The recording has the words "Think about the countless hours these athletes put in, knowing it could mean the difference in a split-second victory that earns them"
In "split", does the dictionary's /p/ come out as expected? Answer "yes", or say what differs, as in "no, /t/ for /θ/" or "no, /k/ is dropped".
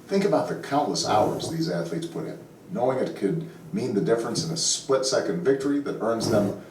yes